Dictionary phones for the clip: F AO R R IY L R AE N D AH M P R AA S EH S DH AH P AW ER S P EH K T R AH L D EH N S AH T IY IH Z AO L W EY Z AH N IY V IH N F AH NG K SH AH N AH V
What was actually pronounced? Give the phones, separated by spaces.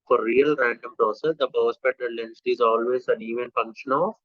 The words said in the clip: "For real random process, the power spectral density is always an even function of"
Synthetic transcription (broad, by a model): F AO R R IY L R AE N D AH M P R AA S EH S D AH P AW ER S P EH T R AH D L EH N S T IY IH Z AO L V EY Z AH N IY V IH N F AH NG K SH AH N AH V